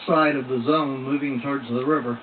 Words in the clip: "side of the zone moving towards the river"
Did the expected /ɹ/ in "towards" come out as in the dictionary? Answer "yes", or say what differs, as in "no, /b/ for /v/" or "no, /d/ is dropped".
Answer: yes